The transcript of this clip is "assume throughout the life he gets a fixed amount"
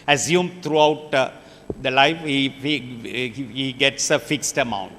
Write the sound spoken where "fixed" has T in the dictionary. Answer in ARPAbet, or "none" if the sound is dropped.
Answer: T